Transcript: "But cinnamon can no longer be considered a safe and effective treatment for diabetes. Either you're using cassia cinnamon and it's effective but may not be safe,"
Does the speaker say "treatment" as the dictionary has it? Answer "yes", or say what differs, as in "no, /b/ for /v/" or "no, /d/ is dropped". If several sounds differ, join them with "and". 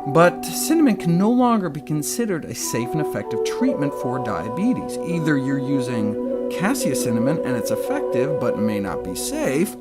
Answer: yes